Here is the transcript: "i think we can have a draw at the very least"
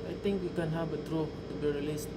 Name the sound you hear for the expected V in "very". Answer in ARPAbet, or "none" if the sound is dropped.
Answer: B